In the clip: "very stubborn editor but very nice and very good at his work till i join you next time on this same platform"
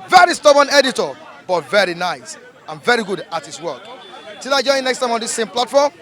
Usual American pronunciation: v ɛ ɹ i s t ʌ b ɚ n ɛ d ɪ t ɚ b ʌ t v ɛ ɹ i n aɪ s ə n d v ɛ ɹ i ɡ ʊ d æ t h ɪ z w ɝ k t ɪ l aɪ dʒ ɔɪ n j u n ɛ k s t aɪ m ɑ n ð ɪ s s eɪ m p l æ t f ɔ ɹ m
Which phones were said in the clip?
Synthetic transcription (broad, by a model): v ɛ ɹ i s t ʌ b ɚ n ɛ d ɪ t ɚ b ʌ t v ɛ ɹ i n aɪ s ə n v ɛ ɹ i ɡ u d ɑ t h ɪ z w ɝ k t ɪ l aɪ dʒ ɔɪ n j n ɛ k s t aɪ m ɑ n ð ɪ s s eɪ m p l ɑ t f ɔ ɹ m